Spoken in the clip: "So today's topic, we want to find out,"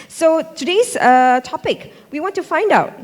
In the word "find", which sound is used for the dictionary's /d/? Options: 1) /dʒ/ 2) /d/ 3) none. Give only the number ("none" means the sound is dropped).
2